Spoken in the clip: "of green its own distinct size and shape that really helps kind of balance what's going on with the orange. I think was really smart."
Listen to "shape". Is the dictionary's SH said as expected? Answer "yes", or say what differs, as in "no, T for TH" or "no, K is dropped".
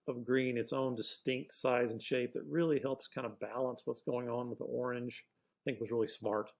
yes